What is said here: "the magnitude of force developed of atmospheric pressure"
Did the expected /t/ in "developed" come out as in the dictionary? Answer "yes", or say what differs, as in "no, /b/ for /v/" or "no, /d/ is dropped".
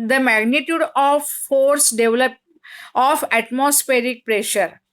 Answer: no, /t/ is dropped